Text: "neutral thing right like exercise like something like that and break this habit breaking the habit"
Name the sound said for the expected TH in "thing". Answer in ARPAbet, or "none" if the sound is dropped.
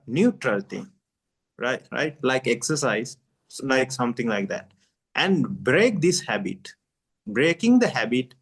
T